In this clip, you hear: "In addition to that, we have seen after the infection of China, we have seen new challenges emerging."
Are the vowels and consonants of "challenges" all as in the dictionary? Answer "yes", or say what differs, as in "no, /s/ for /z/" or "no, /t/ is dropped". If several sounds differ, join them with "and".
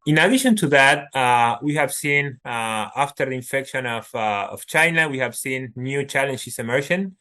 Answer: no, /s/ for /z/